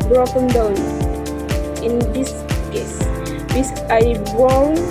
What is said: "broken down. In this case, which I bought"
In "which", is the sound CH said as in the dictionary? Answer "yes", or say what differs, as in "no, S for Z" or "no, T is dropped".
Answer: no, S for CH